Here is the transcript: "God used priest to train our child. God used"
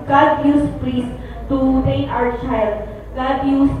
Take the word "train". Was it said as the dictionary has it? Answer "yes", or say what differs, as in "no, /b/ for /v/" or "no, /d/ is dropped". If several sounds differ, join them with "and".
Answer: no, /n/ is dropped